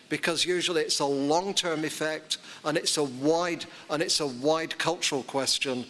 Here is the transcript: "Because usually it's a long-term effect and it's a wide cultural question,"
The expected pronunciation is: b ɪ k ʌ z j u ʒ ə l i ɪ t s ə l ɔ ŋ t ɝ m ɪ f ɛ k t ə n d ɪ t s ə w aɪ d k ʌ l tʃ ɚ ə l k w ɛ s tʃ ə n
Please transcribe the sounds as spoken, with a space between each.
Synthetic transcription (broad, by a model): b ɪ k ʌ z j u ʒ ə l i ɪ t s ə l ɔ ŋ t ɝ m ɪ f ɛ k t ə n d ɪ t s ə w aɪ d k ʌ l tʃ ɚ ə l k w ɛ s tʃ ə n